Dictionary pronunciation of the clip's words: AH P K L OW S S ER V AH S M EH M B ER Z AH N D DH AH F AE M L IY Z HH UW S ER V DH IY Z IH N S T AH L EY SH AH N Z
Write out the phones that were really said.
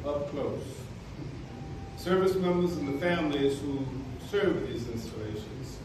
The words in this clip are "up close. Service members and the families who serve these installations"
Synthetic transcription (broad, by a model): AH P K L OW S S ER V AH S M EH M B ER Z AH N DH AH F AE M L IY Z HH UW S ER V DH IY Z IH N S T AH L EY SH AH N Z